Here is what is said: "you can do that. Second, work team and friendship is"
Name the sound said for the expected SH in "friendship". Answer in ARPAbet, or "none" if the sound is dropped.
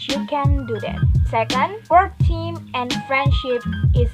SH